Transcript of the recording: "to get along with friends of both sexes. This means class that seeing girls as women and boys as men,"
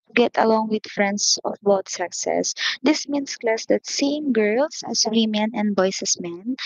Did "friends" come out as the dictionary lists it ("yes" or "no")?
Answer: no